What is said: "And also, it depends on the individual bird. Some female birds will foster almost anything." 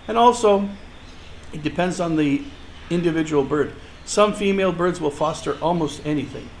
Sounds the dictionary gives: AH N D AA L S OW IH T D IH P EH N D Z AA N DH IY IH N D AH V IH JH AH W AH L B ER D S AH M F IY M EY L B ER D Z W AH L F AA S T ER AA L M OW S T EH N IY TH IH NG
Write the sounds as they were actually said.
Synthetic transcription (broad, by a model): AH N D AA L S OW IH T D IH P EH N D Z N DH IY IH N D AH V IH JH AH W L B ER D S AH M F IY M EY L B ER D Z W AH L F AA S T ER AA L M OW S T EH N IY TH IH NG